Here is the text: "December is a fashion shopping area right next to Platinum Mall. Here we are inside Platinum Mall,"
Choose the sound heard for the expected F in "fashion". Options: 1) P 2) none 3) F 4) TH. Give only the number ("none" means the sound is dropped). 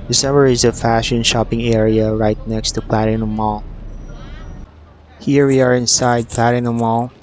3